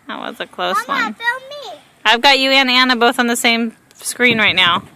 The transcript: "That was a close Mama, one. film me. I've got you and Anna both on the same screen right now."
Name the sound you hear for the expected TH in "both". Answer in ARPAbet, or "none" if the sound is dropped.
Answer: TH